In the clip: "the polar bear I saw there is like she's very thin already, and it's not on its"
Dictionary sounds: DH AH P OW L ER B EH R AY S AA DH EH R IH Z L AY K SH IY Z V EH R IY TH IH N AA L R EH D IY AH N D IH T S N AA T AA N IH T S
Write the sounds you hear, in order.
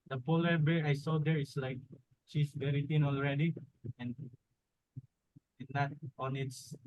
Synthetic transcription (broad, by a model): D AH P OW L ER B EH R AY S AA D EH R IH S L AY K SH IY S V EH R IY T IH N AA L R EH D IY AH N D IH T N AA T AA N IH T S